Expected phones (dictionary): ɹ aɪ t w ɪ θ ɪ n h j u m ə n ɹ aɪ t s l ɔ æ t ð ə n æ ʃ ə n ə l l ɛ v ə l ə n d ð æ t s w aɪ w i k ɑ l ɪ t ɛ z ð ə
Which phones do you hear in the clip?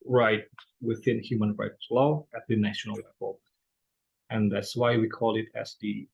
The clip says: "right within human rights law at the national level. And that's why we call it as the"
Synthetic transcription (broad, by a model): ɹ aɪ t w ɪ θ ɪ n h j u m ə n ɹ aɪ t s l ɔ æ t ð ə n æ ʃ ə n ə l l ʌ f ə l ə n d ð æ t s w aɪ w i k ɑ l ɪ t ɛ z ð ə